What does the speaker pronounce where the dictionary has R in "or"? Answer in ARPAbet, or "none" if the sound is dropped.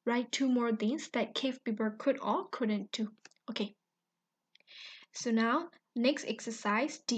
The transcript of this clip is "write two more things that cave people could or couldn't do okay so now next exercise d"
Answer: L